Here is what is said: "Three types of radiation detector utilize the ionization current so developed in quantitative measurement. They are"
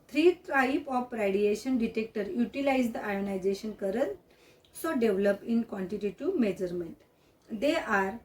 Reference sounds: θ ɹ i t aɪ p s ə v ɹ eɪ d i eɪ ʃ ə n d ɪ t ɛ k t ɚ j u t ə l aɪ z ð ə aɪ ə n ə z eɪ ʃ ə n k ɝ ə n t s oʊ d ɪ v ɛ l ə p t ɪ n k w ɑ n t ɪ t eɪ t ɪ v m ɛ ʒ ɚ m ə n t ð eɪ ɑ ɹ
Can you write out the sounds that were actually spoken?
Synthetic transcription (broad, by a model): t ɹ i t aɪ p ə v ɹ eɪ d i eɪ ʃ ə n d ɪ t ɛ k t ɚ j u t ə l aɪ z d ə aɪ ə n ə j eɪ ʃ ə n k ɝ ə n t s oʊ d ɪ v l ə p ɪ n k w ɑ n t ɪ t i t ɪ m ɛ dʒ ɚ m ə n t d eɪ ɑ ɹ